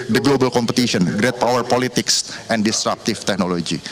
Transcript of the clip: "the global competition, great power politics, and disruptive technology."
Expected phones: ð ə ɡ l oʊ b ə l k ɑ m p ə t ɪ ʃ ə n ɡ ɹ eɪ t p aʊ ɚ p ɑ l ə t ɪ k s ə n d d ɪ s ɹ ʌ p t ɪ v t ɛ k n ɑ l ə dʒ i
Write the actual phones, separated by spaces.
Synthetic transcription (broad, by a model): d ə ɡ l oʊ b ə l k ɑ m p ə t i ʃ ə n ɡ ɹ eɪ t p aʊ ɚ p ɑ l ə t ɪ k s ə n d d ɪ s ɹ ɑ p t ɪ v t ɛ k n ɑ l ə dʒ i